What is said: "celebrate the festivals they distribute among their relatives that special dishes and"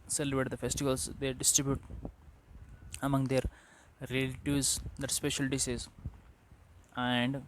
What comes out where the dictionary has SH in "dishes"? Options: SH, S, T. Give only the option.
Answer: S